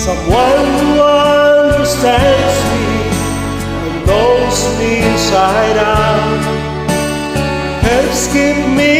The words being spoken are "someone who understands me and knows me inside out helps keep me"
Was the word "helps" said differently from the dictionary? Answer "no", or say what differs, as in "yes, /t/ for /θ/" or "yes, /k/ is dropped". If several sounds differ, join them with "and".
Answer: yes, /l/ is dropped